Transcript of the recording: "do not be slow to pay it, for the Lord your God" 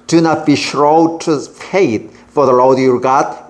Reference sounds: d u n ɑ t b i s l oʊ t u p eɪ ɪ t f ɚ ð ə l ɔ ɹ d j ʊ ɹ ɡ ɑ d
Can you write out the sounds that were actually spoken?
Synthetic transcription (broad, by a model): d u n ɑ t b i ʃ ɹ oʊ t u f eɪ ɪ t f ɚ ð ə l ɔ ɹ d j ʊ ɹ ɡ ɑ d